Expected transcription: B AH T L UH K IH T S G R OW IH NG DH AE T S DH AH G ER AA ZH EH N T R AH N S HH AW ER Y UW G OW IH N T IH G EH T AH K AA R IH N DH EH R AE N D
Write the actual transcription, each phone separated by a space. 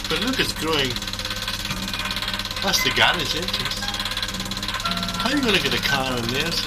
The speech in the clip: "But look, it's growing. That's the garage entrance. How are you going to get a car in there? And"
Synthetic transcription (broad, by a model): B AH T L UH K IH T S G R OW IH NG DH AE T S DH AH G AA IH Z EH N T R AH S HH AW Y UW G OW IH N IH G EH T AH K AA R IH N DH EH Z